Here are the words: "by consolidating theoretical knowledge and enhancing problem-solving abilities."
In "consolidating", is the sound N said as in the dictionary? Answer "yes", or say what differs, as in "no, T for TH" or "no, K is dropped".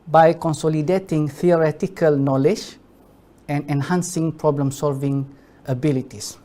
yes